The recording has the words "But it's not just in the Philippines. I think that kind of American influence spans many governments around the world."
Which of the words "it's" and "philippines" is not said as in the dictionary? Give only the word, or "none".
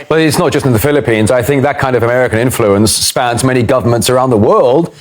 none